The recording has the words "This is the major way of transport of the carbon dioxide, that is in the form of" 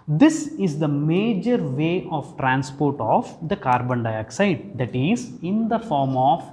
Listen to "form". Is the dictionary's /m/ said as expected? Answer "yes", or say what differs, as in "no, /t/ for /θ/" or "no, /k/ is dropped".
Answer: yes